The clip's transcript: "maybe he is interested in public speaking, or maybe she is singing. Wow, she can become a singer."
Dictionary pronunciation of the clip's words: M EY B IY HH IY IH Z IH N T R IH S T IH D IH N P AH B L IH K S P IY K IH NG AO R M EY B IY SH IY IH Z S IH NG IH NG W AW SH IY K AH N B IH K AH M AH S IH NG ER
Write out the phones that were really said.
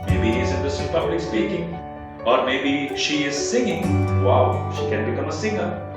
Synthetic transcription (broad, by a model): M EY B IY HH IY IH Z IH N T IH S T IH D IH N P AH B L IH K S B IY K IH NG AO R M EY B IY SH IY IH Z S IH NG IH NG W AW SH IY K AH N B IH K AH M AH S IH NG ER